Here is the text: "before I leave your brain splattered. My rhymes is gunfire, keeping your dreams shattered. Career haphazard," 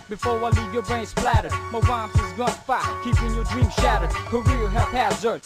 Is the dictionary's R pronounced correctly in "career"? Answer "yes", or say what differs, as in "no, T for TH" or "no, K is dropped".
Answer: no, L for R